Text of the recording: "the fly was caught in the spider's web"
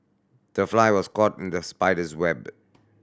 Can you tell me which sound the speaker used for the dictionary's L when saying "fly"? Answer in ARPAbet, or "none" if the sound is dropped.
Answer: L